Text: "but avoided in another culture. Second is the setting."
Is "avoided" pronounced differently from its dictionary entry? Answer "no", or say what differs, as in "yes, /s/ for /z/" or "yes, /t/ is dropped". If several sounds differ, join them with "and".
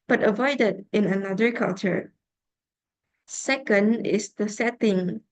no